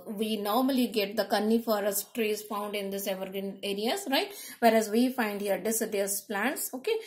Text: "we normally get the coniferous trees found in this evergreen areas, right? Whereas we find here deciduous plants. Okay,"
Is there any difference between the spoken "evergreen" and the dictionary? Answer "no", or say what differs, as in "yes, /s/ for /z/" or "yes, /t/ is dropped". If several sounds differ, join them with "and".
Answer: yes, /ɹ/ is dropped